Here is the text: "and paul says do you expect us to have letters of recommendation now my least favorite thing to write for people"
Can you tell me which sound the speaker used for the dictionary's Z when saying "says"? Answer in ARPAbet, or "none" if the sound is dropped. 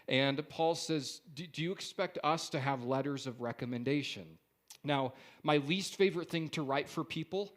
Z